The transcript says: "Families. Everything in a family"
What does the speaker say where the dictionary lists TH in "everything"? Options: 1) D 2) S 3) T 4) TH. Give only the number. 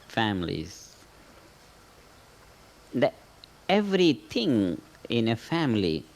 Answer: 3